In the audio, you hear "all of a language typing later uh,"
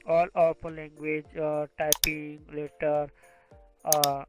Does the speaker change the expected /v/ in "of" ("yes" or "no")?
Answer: yes